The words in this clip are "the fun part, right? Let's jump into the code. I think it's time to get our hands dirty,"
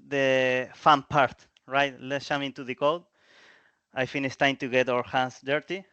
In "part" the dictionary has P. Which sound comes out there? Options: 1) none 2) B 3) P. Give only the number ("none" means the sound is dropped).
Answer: 3